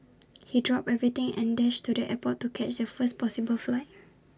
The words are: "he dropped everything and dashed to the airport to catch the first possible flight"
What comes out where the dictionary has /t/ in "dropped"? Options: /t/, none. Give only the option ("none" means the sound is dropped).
none